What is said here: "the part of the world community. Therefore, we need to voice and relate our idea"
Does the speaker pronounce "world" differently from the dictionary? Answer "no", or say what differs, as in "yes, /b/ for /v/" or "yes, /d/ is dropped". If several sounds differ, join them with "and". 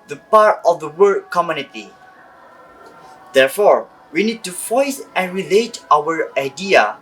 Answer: yes, /l/ is dropped